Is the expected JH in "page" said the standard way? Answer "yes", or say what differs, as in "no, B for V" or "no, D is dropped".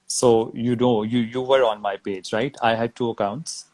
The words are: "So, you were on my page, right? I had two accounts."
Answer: yes